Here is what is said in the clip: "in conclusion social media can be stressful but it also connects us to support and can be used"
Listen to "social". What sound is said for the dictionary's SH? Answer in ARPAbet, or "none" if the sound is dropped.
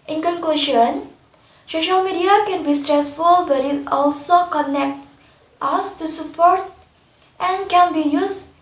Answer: SH